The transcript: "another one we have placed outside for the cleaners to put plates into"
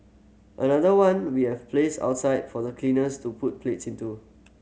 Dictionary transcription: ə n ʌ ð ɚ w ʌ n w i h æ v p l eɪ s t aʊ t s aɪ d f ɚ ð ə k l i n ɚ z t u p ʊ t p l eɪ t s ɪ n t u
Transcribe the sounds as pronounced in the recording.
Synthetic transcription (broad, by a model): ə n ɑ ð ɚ w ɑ n w i h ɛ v p l eɪ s aʊ t s aɪ d f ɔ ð ə k l i n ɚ s t u p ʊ t p l eɪ t s ɪ n t u